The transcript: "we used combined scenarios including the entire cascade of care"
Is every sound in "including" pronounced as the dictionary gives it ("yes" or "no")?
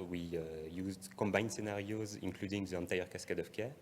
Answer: yes